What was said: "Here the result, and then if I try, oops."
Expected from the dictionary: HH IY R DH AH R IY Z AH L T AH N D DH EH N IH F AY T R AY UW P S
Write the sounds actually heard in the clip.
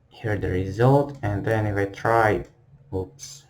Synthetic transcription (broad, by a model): HH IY R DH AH R IY Z AH L T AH N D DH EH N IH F AY T R AY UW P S